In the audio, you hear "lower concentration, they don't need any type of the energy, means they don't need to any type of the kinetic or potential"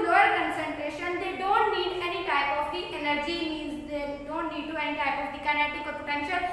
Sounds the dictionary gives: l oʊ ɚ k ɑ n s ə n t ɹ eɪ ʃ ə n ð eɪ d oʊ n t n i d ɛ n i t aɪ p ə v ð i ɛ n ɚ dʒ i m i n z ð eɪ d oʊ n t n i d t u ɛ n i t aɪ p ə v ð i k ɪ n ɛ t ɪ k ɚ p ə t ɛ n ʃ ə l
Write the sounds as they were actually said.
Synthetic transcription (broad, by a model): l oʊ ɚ k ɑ n s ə n t ɹ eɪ ʃ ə n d eɪ d oʊ n t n i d ɛ n i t aɪ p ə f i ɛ l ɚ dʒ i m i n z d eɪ d oʊ n t n i d t u ɛ n i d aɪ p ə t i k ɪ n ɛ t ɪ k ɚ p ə t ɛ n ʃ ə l